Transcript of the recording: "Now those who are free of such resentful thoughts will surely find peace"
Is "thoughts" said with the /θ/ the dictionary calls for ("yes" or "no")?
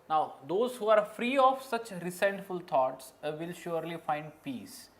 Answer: no